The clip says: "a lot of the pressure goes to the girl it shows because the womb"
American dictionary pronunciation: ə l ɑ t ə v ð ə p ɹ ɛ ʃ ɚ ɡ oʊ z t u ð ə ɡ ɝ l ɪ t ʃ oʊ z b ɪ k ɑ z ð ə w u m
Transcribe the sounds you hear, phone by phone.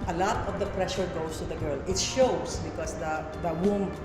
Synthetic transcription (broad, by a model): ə l ɑ t ə v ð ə p ɹ ɛ ʃ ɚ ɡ oʊ s t u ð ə ɡ ɝ l ɪ t ʃ oʊ s b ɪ k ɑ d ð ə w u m